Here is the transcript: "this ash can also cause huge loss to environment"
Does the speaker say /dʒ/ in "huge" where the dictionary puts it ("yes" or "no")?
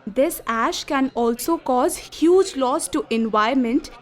yes